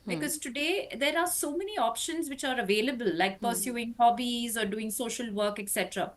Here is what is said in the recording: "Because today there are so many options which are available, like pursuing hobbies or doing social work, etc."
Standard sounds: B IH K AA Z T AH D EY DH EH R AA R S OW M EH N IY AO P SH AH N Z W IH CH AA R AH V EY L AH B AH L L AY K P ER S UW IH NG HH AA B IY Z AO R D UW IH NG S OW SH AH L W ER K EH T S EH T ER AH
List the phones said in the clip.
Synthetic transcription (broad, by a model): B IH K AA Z T AH D EY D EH R AA R S OW M EH N IY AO P SH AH N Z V IH CH AA R AH V EY L AH B AH L L AY K P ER S UW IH NG HH AA B IY Z AO R D UW IH NG S OW SH AH L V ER K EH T S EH T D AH